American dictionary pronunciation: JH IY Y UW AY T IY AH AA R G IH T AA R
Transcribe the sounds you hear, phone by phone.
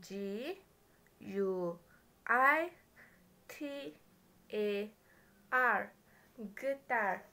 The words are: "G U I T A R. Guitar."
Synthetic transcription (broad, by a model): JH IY Y UW AY T IY AH AA R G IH T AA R